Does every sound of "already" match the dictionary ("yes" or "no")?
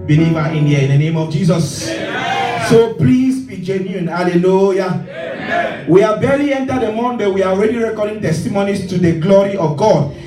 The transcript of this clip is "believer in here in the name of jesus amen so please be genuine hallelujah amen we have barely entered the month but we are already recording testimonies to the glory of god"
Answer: yes